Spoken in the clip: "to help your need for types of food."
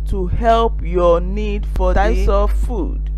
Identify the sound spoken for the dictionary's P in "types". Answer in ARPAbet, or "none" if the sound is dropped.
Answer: none